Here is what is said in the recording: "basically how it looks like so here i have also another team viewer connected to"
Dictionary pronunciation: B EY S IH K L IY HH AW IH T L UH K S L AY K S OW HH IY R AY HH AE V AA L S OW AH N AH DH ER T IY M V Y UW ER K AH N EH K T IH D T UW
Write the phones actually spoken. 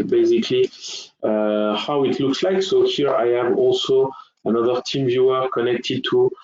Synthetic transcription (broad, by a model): B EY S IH K L IY HH AW IH T L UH K S L AY K S OW HH IY R AY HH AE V AA L S OW AH N AH DH ER T IY M V Y UW ER K AH N EH K T IH D T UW